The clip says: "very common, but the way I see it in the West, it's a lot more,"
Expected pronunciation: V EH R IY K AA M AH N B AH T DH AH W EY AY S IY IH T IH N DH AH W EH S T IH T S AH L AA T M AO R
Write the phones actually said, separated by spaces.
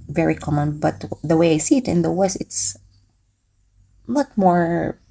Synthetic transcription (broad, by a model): V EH R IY K AA M AH N B AH T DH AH W EY AY S IY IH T IH N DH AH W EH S IH T S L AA T M AO R